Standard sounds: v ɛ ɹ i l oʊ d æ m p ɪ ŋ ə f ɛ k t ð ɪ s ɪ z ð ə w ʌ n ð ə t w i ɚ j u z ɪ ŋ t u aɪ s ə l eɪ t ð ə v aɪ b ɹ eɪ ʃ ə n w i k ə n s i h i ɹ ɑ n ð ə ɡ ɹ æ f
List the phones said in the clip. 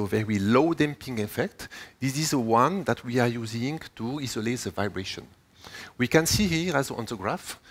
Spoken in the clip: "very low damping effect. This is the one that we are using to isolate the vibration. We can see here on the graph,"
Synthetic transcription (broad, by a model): v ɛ ɹ i l oʊ d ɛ m p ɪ ŋ ə f ɛ k t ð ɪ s ɪ z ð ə w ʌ n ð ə t w i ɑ j u z ɪ ŋ t u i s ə l eɪ t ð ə v aɪ b ɹ eɪ ʃ ə n w i k ə n s i h i ɹ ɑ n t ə ɡ ɹ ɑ f